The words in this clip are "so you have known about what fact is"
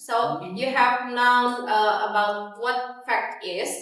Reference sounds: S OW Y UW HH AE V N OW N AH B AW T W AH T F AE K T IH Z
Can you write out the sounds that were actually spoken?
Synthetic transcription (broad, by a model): S OW Y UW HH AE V N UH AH AH B AW T W AH T F AE K T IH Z